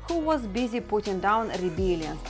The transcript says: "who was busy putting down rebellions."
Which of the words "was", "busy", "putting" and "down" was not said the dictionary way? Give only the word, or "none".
none